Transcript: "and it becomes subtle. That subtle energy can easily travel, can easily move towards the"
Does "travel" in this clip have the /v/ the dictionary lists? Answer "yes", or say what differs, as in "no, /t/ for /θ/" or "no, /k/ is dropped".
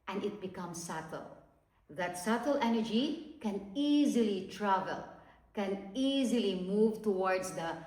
yes